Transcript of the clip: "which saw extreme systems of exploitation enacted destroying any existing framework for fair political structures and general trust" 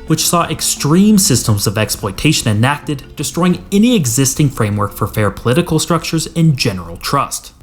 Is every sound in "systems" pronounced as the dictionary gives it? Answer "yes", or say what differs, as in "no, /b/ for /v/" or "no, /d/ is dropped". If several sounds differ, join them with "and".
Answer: yes